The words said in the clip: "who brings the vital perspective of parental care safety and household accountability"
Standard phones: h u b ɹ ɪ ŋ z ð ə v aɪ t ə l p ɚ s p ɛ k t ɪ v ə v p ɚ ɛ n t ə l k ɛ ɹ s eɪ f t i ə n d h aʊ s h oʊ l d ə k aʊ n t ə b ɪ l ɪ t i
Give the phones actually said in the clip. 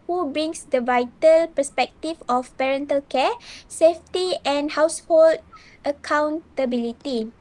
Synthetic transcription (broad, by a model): h u b ɹ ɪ ŋ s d ə v aɪ t ə l p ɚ s p ɛ k t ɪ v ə f p ɚ ɛ n t ə l k ɛ s eɪ f t i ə n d h aʊ s h oʊ l d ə k aʊ n t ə b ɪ l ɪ t i